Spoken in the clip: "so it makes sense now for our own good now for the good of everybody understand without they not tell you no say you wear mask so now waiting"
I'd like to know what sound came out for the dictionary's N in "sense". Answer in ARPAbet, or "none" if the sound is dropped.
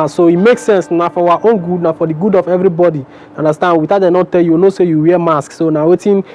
N